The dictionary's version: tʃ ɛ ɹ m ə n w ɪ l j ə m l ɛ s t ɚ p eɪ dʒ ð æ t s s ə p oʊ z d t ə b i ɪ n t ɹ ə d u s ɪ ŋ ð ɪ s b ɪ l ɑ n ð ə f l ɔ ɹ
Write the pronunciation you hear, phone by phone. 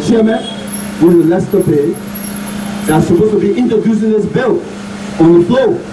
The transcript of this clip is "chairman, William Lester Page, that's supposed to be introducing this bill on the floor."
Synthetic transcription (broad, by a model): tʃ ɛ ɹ m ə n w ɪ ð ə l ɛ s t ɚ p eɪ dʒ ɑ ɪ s s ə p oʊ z t ə b i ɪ n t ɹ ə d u s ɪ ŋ ð ɪ s b ɪ l ɑ n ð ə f l ɔ